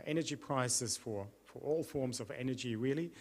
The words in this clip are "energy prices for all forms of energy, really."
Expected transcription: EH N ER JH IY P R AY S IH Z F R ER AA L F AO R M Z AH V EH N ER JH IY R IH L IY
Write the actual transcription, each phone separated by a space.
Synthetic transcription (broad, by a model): EH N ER JH IY P R AY S IH Z F R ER AA L F AO R M Z AH V EH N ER JH IY R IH L IY